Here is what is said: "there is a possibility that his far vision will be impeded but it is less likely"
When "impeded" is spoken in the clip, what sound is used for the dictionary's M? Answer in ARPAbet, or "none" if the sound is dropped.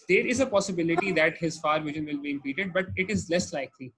none